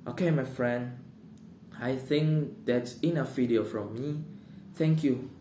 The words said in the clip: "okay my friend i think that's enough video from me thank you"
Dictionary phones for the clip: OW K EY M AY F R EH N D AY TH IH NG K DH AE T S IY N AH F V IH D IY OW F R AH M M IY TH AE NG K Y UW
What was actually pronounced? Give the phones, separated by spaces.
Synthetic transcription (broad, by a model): OW K EY M AY F R EH N D AY TH IH NG K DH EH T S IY N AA F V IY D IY OW F R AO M M IY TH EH NG K Y UW